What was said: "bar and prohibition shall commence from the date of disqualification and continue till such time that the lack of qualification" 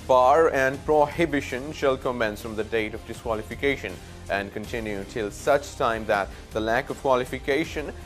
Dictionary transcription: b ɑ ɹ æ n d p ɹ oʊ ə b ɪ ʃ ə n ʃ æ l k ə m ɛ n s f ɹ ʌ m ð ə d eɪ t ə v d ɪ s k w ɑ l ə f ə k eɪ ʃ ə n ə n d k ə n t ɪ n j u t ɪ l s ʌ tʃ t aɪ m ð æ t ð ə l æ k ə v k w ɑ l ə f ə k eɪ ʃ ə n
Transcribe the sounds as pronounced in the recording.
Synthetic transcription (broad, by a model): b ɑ ɹ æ n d p ɹ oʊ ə b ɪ ʃ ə n ʃ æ l k ə m ɛ n s f ɹ ʌ m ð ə d eɪ t ə v d ɪ s k w ɑ l ə f ə k eɪ ʃ ə n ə n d k ə n t ɪ n j u t ɪ l s ʌ tʃ t aɪ m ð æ t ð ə l æ k ə v k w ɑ l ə f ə k eɪ ʃ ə n